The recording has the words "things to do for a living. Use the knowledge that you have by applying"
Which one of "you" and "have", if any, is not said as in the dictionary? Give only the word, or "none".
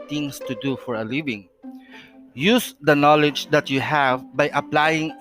none